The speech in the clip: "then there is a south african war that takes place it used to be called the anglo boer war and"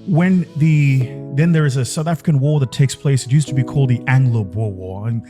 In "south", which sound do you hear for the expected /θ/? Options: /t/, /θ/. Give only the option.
/θ/